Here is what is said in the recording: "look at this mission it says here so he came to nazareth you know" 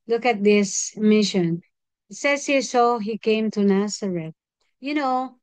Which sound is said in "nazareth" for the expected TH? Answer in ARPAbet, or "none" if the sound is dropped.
T